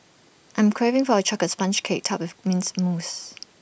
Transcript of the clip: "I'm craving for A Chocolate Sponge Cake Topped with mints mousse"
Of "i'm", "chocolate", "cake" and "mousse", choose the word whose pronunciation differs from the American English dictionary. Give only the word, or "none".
chocolate